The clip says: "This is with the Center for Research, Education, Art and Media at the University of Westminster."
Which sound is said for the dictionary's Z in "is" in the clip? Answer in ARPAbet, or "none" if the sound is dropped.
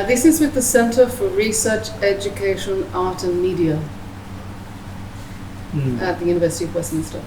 Z